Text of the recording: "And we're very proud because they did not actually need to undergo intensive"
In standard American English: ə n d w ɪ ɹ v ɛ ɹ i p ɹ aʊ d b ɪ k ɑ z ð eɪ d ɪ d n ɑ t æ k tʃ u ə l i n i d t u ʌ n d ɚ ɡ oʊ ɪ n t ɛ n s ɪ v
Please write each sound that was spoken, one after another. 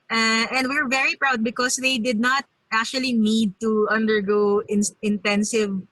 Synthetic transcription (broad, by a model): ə n d w ɪ ɹ v ɛ ɹ i p ɹ aʊ d b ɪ k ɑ s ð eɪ d ɪ d n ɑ t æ k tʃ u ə l i n i d t u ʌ n d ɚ ɡ oʊ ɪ n t ɛ n s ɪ v